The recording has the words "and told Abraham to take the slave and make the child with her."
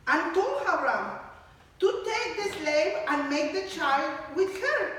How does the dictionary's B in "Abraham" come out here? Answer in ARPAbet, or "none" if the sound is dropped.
none